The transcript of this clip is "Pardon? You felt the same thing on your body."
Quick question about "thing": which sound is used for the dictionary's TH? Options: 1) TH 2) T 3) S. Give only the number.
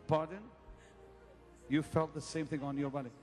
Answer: 1